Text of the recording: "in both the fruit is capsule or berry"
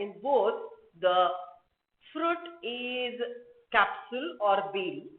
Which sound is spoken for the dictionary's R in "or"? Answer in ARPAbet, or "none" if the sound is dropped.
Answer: R